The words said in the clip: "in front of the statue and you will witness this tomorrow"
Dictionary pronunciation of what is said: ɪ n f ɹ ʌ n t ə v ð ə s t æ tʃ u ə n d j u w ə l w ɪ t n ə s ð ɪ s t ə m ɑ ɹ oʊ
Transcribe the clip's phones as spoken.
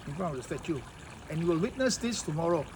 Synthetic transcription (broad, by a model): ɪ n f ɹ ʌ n ə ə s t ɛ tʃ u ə n j u w ə l w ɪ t n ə s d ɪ s t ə m ɑ ɹ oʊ